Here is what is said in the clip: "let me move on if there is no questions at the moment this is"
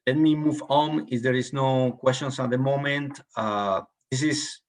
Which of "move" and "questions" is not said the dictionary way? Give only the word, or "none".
questions